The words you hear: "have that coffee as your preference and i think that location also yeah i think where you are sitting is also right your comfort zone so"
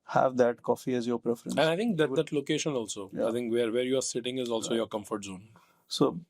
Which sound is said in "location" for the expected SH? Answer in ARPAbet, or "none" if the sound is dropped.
SH